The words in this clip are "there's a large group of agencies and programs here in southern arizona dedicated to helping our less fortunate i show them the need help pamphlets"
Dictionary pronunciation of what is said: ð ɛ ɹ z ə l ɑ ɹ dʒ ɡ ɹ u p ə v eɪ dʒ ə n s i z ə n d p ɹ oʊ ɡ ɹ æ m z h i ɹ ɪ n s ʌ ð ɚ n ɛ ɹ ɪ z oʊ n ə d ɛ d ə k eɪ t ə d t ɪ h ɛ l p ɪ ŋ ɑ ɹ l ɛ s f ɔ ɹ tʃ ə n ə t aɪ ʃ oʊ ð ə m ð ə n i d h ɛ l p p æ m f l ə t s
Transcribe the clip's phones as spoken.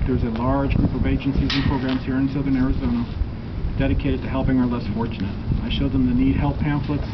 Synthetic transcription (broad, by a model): ð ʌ ɹ z ə l ɑ ɹ dʒ ɡ ɹ u p ə v eɪ dʒ ə n s i z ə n p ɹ oʊ ɡ ɹ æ m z h i ɹ ɪ n s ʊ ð ɚ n ɛ ɹ ɪ z oʊ n ə d ɛ d ə k eɪ t ə d t ɪ h ɛ l p ɪ ŋ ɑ ɹ l ɛ s f ɔ ɹ tʃ ə n ə t aɪ ʃ oʊ ð ə m ð ə n i d h ɛ l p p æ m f l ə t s